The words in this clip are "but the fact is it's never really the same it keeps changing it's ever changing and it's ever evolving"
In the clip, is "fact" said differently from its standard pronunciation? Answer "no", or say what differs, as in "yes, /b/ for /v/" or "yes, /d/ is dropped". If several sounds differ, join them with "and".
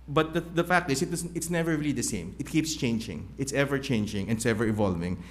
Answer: no